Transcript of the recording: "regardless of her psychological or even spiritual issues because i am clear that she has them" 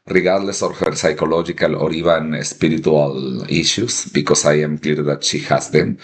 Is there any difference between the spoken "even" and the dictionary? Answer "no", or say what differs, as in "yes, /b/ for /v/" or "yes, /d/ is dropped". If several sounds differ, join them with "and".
yes, /b/ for /v/